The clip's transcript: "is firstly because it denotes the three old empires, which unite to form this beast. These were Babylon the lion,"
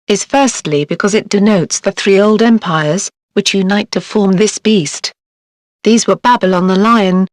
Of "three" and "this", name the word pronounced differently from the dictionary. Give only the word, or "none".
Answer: none